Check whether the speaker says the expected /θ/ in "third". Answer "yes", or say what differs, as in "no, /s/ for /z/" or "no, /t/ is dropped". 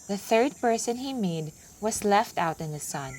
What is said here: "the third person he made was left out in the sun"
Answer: yes